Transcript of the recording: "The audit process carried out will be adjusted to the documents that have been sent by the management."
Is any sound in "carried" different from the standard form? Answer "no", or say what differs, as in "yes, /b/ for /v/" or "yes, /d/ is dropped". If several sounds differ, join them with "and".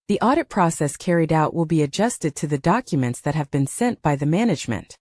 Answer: no